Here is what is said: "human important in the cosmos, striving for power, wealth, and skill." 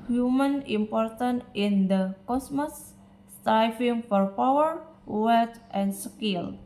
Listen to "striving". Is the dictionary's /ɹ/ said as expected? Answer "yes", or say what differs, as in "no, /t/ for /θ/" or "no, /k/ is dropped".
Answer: no, /ɹ/ is dropped